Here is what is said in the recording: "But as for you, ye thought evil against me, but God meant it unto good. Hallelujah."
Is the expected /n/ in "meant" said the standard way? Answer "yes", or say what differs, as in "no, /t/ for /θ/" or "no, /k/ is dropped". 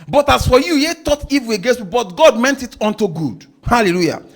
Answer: yes